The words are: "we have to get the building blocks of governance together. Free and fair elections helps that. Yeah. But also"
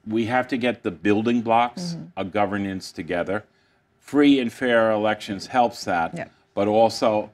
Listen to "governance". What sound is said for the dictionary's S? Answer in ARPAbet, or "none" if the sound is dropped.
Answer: S